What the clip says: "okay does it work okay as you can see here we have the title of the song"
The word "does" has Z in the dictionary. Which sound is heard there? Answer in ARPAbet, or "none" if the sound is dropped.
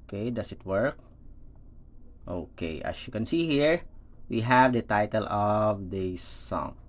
S